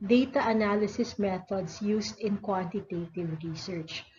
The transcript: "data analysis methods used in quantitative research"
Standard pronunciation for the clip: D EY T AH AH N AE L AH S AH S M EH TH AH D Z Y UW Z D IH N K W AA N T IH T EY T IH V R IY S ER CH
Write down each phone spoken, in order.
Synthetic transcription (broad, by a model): D EY T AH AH N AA L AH S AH S M EH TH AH D S Y UW S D IH N K W AA N T IH T EY T IH V R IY S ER CH